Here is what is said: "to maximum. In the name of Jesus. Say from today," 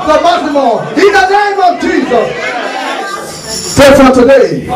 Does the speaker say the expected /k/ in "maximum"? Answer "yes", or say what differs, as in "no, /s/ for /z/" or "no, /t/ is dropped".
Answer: no, /k/ is dropped